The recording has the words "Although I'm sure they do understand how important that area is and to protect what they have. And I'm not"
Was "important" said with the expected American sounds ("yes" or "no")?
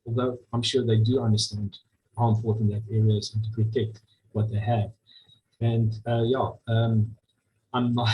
no